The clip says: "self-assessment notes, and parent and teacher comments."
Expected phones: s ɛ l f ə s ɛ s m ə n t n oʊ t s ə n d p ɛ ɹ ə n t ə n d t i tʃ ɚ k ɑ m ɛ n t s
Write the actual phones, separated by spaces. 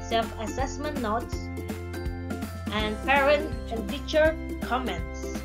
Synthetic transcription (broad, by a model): s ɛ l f ə s ɛ s m ə n t n oʊ t s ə n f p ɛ ɹ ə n ə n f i tʃ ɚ k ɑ m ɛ n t s